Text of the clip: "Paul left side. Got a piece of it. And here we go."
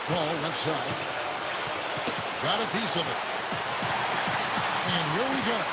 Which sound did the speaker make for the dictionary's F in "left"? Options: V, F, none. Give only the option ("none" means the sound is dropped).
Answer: none